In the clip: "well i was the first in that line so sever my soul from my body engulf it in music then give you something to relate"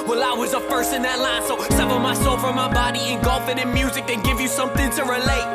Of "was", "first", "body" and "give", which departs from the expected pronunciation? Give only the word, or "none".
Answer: first